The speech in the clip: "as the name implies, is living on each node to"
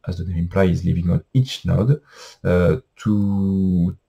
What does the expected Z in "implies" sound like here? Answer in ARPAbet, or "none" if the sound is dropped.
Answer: none